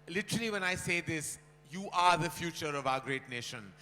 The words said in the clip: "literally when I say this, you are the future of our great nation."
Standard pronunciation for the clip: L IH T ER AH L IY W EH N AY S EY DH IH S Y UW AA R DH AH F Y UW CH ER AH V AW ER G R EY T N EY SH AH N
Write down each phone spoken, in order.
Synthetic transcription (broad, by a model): L IH T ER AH L IY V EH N AY S EY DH IH S Y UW AA R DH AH F Y UW CH ER AH V AW ER G R EY T N EY SH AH N